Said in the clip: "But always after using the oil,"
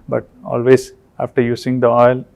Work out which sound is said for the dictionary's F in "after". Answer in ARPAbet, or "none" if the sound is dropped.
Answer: F